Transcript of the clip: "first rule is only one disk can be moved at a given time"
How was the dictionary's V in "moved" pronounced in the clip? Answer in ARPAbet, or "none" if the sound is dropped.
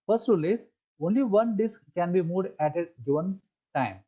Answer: none